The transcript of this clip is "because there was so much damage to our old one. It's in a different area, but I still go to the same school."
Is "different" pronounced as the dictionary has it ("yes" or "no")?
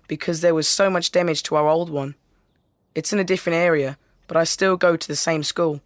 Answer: yes